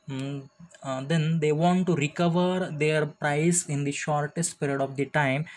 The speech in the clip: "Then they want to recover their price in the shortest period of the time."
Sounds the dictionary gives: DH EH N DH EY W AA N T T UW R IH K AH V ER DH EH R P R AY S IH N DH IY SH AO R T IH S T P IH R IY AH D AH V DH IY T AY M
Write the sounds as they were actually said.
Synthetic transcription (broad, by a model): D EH N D EY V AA N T T UW R IH K AH V ER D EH R P R AY S IH N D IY SH AO R T IH S T P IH R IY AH D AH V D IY T AY M